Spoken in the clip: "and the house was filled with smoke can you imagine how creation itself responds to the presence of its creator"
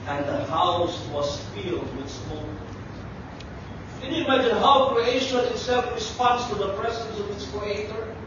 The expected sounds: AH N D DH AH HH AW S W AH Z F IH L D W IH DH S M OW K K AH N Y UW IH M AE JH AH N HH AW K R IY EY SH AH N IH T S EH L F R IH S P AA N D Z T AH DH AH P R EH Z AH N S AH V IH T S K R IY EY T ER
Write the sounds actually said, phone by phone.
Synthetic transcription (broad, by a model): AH N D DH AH HH AW S W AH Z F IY L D W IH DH S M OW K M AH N Y UW IH M AE JH AH N HH AW K R IY EY SH AH N IH T S EH L F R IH S P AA N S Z T AH DH AH P R EH Z AH N S AH V IH T S K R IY EY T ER